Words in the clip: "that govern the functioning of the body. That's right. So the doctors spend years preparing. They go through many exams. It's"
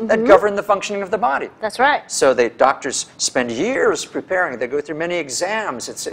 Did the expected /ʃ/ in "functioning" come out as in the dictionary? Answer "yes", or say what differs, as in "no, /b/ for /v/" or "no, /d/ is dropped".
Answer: yes